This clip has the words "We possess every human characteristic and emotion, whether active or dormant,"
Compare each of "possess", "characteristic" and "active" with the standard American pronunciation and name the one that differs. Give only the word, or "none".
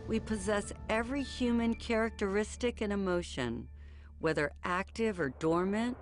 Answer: none